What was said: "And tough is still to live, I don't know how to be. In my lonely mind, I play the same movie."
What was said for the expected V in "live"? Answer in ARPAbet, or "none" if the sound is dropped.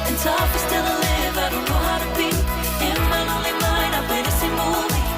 B